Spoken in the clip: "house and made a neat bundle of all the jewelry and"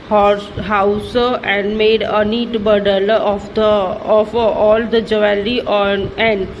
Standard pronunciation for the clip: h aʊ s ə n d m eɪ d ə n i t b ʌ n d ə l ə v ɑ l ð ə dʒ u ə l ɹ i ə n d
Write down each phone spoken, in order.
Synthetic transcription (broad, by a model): h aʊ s ə n d m eɪ d ə n i t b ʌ d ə l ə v ɑ l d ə dʒ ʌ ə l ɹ i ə n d